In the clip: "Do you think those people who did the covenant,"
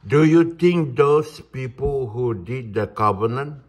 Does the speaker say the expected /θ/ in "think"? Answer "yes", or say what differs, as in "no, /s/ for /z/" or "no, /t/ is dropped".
no, /t/ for /θ/